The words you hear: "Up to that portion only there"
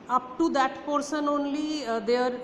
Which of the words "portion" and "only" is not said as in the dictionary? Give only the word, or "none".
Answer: portion